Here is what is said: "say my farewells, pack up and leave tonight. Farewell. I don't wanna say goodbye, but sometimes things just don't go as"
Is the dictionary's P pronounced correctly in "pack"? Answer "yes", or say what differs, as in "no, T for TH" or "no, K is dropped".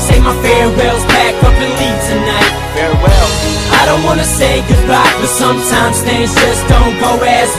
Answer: no, B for P